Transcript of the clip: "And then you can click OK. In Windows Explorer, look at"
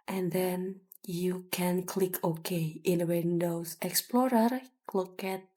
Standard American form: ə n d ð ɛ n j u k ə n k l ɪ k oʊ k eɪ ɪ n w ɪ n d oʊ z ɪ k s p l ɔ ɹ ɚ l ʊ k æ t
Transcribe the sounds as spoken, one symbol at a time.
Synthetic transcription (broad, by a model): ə n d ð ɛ n j u k ə n k l ɪ k oʊ k eɪ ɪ n w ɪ n d oʊ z ɪ k s p l ɔ ɹ ɚ l ʊ k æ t